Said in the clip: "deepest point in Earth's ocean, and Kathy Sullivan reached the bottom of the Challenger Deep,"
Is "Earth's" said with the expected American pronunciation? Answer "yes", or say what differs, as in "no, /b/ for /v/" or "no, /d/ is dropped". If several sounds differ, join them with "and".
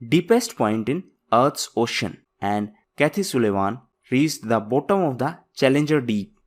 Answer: no, /t/ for /θ/